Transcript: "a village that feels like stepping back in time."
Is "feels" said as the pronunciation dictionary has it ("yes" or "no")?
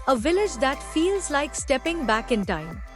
yes